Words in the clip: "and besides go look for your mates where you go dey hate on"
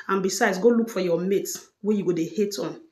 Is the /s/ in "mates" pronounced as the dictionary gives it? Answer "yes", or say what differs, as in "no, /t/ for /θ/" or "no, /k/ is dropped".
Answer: no, /s/ is dropped